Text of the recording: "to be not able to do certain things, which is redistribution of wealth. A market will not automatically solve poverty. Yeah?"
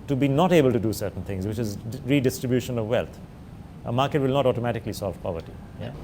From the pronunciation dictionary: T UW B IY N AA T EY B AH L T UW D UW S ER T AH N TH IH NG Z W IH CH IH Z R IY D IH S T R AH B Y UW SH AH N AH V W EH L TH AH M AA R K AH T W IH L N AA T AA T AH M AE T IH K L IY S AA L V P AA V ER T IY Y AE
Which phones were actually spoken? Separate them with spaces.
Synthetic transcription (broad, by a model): T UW B IY N AA T EY B AH L T UW D UW S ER T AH N T IH NG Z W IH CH IH Z R IY D IH S T R AH B Y UW SH AH N AH V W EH L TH AH M AA R K AH T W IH L N AA T AA T AH M AE T IH K L IY S AA L V P AA V ER T IY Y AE